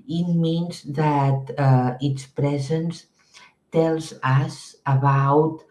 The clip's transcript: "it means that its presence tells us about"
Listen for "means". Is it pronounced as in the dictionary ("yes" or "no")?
yes